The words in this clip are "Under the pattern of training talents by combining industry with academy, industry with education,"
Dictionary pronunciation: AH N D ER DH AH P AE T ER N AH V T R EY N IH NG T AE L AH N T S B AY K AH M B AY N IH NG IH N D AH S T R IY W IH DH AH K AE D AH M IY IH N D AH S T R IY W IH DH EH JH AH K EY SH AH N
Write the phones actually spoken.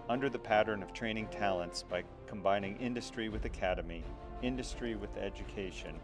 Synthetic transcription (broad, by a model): AH N D ER DH AH P AE T ER N AH V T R EY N IH NG T AE L AH N T S B AY K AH M B AY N IH NG IH N D AH S T R IY W IH DH AH K AE D AH M IY IH N D AH S T R IY W IH DH EH JH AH K EY SH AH N